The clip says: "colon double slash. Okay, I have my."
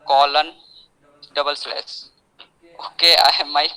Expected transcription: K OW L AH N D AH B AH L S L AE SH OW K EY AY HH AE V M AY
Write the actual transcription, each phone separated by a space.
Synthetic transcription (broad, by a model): K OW L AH N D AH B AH L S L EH S OW K EY AY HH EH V M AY